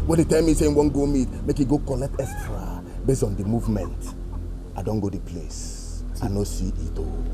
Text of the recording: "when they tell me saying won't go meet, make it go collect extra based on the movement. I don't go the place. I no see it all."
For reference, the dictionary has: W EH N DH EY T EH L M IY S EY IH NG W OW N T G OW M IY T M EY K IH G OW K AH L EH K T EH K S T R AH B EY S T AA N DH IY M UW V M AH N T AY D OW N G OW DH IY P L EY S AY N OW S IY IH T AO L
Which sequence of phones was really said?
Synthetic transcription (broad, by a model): W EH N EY T EH L M IY S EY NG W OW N G OW M IY T M EY K IH G OW K AH L EH K T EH S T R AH B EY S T AA N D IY M UW V M AH N T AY D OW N G OW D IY P L EY S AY N OW S IY IH T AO